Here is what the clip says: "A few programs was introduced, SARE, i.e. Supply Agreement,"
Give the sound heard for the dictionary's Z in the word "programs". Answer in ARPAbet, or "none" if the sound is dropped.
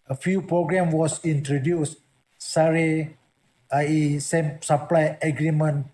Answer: none